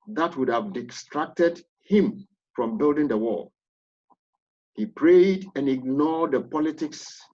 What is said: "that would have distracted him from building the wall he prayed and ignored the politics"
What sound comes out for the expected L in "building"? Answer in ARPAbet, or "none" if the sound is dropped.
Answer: L